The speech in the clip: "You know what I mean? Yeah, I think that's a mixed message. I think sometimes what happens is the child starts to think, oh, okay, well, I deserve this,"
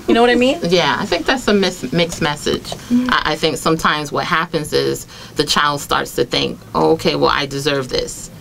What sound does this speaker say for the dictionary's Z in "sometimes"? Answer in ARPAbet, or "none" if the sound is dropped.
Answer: Z